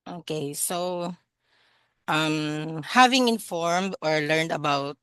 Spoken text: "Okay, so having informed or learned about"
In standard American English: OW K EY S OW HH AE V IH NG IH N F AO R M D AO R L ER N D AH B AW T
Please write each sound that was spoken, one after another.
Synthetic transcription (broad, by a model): OW K EY S OW HH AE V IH NG IH N F AO R M D AO R L ER N D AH B AW T